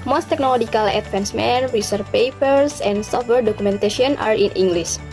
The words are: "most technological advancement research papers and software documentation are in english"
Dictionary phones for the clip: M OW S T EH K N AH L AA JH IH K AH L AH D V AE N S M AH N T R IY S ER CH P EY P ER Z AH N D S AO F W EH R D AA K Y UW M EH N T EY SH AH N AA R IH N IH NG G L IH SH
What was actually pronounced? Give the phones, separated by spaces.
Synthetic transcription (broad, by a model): M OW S T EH K N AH L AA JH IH K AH L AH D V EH N S M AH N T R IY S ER P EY P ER S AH N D S AO F W EH R D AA K UW M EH N T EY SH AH N AA R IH N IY NG G L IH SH